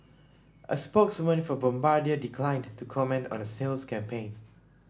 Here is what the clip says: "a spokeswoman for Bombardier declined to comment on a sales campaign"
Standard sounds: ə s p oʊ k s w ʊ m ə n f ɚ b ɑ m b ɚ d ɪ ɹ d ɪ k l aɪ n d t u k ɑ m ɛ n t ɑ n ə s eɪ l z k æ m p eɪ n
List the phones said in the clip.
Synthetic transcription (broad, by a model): ə s p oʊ k s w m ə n f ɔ b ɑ m b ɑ d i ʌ d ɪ k l aɪ n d t u k ɑ m ɛ n t ɑ n ə s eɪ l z k æ m p eɪ n